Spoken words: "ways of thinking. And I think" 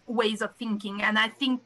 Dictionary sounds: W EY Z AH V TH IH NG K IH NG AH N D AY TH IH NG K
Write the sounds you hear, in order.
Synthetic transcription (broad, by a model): W EY Z AH V TH IH NG K IH NG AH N AY TH IH NG K